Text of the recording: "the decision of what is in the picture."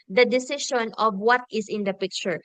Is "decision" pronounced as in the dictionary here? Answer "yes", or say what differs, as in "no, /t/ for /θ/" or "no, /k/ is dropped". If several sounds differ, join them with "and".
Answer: no, /ʃ/ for /ʒ/